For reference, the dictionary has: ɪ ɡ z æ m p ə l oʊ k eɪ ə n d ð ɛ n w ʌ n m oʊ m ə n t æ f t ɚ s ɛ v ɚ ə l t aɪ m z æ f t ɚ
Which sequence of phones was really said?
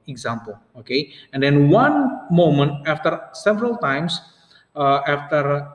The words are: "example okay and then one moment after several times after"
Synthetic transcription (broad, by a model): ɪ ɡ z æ m p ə l oʊ k eɪ ə n d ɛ n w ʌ n m oʊ m ə n t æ f t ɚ s ɛ v ɚ ə l t aɪ m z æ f t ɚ